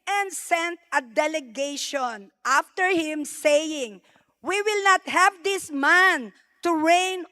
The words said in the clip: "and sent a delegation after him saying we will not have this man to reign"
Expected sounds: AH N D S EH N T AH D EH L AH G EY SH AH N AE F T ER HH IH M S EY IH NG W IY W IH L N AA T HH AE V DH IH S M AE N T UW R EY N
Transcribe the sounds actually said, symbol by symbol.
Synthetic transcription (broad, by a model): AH N D S EH N T AH D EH L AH G EY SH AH N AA F T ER HH IH M S EY IH NG W IY W IH L N AA T HH AE V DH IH S M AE N T UW R EY N